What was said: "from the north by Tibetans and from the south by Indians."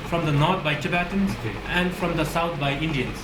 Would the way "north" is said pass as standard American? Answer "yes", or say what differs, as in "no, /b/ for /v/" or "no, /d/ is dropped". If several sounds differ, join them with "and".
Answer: no, /t/ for /θ/